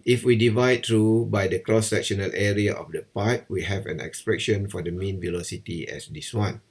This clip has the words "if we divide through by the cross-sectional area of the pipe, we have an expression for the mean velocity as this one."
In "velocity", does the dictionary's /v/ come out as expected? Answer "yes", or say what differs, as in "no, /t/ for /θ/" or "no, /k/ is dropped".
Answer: yes